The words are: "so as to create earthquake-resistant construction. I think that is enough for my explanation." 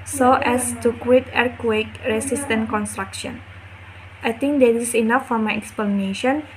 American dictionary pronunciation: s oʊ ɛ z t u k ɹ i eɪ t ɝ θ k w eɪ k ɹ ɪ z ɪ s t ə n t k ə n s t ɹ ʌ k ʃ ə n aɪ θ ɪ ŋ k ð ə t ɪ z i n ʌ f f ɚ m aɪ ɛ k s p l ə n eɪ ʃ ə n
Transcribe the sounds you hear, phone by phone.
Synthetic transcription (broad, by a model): s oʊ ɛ s t u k w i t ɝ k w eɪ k ɹ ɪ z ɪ s t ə n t k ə n s t ɹ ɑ k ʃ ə n aɪ t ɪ ŋ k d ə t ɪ s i n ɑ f f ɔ m aɪ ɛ k s p l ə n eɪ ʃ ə n